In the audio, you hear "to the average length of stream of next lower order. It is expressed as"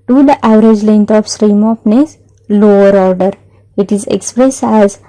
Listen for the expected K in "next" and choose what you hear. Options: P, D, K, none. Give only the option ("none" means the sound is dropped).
none